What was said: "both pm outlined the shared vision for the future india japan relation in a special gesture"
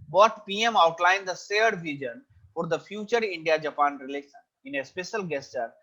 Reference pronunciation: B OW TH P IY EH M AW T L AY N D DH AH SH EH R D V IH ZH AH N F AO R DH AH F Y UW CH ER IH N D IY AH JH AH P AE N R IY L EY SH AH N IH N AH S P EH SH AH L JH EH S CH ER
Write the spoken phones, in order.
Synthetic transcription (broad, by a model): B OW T P IY EH M AW T L AY N D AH S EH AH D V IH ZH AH N F AO R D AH F Y UW CH ER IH N D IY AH JH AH P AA N R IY L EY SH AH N IH N AH S P EH SH AH L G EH S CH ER